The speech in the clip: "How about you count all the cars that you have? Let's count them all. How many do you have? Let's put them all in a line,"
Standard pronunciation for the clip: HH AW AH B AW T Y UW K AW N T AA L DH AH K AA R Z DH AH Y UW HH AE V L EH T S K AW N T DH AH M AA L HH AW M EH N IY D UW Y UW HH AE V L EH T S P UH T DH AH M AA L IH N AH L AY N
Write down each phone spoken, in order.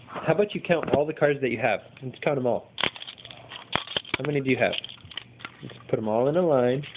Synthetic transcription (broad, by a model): HH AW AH B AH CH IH K AW N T AA L DH AH K AA R Z DH AH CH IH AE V N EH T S K AW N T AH M AA L HH AW M EH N IY D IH Y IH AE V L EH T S P UH T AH M AA L IH N AH L AY N